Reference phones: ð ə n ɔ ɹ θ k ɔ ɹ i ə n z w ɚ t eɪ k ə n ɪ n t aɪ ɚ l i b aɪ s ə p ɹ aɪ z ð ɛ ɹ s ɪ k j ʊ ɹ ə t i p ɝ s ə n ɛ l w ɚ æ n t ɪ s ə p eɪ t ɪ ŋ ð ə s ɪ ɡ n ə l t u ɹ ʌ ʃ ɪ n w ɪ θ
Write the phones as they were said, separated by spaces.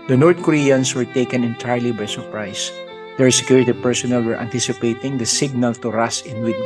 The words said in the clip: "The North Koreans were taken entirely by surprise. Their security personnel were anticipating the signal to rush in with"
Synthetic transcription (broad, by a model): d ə n ɔ ɹ t k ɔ ɹ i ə n s w ɚ t eɪ k ə n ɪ n t aɪ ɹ l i b aɪ s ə p ɹ aɪ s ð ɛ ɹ s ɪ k j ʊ ɹ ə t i p ɝ s ə n ɛ l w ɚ æ n t ɪ s ə p eɪ t ɪ ŋ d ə s ɪ ɡ n ə l t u ɹ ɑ s ɪ n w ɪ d